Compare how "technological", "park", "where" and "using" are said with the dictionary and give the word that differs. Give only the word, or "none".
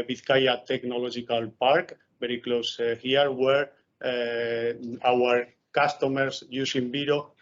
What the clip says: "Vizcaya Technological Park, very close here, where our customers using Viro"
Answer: using